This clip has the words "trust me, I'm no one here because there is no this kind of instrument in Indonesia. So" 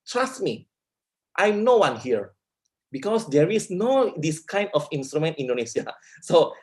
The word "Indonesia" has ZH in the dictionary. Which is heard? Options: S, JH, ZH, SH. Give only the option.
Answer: S